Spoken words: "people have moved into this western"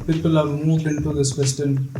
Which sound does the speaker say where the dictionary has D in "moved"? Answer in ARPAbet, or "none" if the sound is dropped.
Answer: none